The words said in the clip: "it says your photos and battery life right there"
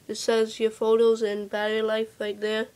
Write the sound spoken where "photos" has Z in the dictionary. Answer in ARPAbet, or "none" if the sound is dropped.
Z